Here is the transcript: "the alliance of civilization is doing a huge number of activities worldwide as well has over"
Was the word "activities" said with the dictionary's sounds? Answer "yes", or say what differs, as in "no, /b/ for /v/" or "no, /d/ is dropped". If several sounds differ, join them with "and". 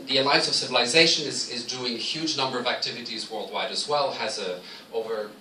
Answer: yes